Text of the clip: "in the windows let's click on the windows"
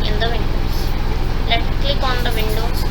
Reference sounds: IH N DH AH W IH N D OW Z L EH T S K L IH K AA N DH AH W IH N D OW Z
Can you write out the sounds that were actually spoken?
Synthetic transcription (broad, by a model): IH N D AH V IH N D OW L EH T K L IH K AA N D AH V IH N D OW